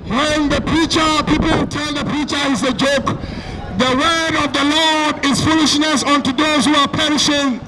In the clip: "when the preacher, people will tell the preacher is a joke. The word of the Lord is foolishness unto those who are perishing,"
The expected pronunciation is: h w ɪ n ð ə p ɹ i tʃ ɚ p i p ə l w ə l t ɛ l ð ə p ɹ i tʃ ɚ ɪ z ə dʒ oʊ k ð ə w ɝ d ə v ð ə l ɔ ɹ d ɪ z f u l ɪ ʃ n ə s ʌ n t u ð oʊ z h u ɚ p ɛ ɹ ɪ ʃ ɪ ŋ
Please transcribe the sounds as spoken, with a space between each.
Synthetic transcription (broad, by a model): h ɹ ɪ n ð ə p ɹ i tʃ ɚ p i p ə l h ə t ɛ l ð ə p ɹ i tʃ ɚ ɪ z ə dʒ oʊ k ð ə w ɝ d ə v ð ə l ɔ ɹ d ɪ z f u l ɪ ʃ n ə s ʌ n t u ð oʊ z h u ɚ p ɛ ɹ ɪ ʃ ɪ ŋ